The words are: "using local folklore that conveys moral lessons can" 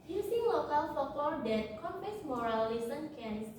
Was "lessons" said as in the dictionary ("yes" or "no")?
no